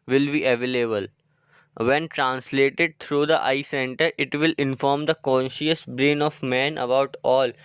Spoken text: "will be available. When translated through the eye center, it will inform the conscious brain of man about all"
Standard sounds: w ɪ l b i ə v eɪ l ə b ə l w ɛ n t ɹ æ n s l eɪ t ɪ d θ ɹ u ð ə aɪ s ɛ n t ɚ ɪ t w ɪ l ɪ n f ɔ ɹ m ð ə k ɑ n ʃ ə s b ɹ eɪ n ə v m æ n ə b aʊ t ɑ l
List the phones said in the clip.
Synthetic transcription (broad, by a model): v ɪ l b i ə v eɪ l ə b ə l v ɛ n t ɹ æ n s l eɪ t ɪ d t ɹ u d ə aɪ s ɛ n t ɚ ɪ t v ɪ l ɪ n f ɔ ɹ m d ə k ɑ n ʃ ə s b ɹ eɪ n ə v m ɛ n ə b aʊ t ɑ l